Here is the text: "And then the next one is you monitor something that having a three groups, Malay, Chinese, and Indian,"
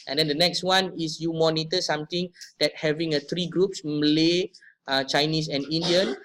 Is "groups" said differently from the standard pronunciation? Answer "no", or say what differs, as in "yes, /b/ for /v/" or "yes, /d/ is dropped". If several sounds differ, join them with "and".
no